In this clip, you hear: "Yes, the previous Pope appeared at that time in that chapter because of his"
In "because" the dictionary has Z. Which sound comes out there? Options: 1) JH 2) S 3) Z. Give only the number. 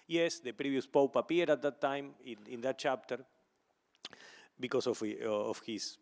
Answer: 2